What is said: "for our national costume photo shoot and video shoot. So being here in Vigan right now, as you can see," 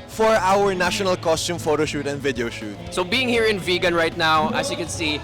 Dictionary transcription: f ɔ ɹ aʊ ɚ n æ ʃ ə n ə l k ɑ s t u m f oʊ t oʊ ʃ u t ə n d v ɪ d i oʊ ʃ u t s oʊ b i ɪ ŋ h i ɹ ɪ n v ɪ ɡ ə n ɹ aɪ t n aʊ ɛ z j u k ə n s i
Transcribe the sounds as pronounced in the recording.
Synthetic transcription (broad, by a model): f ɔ ɹ aʊ ɚ n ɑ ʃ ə n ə l k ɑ s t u m f oʊ t oʊ ʃ u t ə n d v ɪ d i oʊ ʃ u t s oʊ b i ɪ ŋ h i ɹ ɪ n v ɪ ɡ ə n ɹ aɪ t n aʊ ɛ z j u k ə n s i